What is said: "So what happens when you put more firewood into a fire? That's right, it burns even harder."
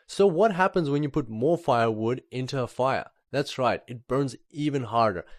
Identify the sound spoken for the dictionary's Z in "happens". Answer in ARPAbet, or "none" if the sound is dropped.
Z